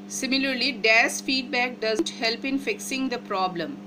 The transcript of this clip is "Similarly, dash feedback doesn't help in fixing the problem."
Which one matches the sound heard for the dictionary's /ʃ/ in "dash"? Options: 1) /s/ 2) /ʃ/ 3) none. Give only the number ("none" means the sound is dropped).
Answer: 1